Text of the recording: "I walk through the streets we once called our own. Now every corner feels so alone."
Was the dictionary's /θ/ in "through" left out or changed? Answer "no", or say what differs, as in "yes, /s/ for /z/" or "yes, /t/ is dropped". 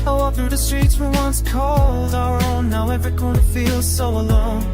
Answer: no